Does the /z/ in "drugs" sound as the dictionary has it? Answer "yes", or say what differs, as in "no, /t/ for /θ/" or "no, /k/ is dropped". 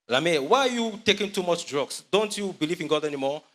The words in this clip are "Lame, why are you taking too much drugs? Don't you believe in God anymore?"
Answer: no, /s/ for /z/